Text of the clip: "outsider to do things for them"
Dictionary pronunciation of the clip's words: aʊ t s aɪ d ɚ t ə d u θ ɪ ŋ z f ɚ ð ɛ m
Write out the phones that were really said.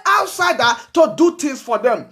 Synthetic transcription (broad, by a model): aʊ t s aɪ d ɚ t ə d u t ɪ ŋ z f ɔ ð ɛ m